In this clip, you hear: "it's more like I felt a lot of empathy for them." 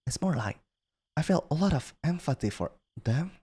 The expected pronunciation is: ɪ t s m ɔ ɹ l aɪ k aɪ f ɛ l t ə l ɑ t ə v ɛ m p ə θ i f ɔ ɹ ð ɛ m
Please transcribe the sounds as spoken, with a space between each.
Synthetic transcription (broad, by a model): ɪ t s m ɔ ɹ l aɪ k aɪ f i l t ə l ɑ t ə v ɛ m f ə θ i f ɔ ɹ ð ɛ m